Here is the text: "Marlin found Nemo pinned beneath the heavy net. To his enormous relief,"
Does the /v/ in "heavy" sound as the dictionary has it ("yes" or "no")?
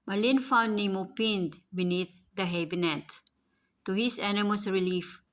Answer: no